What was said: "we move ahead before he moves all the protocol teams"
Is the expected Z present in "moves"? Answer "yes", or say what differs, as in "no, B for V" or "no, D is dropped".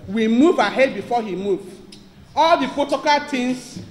no, Z is dropped